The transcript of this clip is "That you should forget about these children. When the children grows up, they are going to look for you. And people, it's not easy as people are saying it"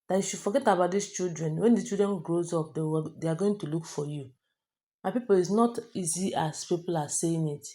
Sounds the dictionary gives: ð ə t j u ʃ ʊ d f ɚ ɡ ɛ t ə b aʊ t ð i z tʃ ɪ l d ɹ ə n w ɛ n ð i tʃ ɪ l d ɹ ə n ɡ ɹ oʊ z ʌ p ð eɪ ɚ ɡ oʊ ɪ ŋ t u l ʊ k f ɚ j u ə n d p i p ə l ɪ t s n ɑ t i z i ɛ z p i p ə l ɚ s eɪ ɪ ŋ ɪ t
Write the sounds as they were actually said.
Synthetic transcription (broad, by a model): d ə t j u ʃ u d f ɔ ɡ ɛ t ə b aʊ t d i s tʃ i l d ɹ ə n w ɛ n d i tʃ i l d ɹ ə n ɡ ɹ oʊ z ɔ p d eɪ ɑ ɡ oʊ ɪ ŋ t u l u k f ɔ j u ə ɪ p i p ə l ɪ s n ɑ t i z i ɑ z p i p ə l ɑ s eɪ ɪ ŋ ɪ t